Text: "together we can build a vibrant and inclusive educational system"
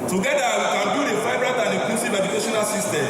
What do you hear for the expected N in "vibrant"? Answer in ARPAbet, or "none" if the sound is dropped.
none